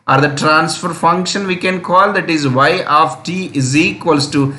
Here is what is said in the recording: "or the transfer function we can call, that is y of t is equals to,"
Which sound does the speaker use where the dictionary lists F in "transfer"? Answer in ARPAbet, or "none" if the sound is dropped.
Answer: F